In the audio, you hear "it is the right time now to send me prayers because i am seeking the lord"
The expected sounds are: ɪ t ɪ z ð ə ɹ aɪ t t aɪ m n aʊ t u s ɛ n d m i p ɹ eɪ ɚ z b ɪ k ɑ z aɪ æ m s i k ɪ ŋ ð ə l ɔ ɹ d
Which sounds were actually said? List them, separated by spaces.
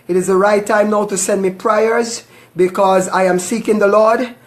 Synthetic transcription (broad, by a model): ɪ t ɪ z ð ə ɹ aɪ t t aɪ m n aʊ t u s ɛ n d m i p ɹ eɪ ɚ z b ɪ k ɑ z aɪ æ m s i k ɪ ŋ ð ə l ɔ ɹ d